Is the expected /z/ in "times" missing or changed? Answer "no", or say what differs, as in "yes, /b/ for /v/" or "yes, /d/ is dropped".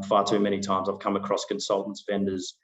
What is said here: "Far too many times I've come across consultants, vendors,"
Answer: no